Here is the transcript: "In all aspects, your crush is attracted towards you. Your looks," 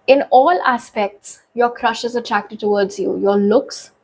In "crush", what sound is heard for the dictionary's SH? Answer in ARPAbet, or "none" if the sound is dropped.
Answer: SH